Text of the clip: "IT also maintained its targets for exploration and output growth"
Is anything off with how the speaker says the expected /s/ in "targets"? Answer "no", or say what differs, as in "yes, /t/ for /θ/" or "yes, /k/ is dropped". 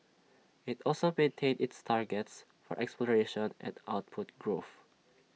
no